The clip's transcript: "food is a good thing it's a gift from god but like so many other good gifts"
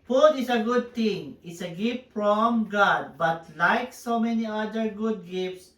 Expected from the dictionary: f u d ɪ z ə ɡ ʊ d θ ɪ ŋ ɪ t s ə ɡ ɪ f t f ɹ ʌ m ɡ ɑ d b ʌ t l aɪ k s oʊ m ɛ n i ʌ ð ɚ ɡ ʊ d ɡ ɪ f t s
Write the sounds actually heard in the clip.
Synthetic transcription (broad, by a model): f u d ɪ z ə ɡ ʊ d t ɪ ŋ ɪ t s ə ɡ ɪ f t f ɹ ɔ m ɡ ɑ d b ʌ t l aɪ k s oʊ m ɛ n i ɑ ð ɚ ɡ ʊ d ɡ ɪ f t s